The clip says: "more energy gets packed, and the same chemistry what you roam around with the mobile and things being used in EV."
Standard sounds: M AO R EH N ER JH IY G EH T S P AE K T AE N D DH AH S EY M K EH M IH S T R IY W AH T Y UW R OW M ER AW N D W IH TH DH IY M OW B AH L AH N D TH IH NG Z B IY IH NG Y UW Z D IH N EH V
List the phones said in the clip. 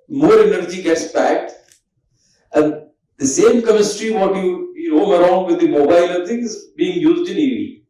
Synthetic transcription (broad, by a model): M AO R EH N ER JH IY G EH T S B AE K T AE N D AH S EY M K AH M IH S T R IY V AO T Y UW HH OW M ER AW N D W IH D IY M OW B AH L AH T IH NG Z B IY IH NG Y UW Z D IH N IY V